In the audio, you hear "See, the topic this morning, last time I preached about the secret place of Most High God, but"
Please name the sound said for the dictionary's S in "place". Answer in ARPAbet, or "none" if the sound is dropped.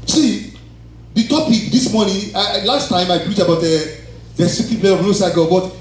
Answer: none